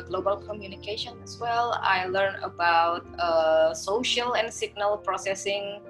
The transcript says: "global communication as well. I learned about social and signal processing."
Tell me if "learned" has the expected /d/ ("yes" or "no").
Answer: no